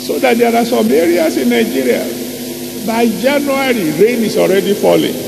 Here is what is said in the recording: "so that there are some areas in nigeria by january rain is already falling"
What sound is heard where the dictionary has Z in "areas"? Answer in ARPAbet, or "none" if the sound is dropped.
S